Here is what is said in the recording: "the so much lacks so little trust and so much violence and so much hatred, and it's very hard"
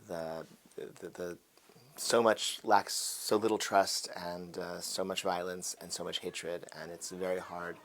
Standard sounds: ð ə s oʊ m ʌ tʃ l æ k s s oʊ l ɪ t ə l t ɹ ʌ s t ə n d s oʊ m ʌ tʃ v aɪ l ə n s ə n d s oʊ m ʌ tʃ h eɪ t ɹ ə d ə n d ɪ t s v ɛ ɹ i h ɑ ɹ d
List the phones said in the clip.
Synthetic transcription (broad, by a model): ð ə s oʊ m ʌ tʃ l æ k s s oʊ l ɪ t l t ɹ ʌ s t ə n s oʊ m ʌ tʃ v aɪ l ə n s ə n s oʊ m ʌ tʃ h eɪ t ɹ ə d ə n ɪ t s v ɛ ɹ i h ɑ ɹ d